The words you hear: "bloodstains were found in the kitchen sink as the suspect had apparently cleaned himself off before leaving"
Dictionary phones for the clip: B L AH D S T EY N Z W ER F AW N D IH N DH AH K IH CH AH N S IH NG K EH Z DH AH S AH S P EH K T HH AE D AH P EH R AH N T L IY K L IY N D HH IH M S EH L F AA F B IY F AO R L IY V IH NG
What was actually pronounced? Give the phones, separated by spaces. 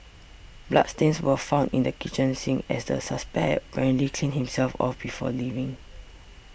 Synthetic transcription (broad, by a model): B L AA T S T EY N S W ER F AW N D IH N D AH K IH CH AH N S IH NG EH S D AH S AH S P EH K T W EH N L IY K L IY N HH IH M S EH L F AA F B IY F AO L IY V IH NG